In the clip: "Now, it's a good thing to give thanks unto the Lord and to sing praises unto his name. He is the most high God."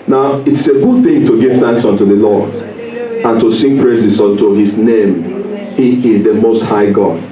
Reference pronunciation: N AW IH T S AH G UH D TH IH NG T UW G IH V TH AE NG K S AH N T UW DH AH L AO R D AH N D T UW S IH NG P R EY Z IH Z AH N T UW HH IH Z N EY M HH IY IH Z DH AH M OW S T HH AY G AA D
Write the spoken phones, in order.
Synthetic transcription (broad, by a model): N AW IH T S AH G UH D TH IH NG T UW G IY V TH AE NG K S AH N T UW DH AH L AO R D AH N T UW S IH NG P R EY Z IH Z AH N T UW HH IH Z N EY M HH IY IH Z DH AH M OW S T HH AY G AA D